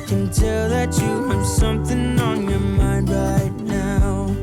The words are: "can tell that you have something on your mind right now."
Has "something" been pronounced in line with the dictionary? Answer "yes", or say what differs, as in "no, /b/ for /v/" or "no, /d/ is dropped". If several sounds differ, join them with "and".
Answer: yes